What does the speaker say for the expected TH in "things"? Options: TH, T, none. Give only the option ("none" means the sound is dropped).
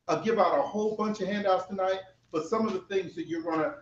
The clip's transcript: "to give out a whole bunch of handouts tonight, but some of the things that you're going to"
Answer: TH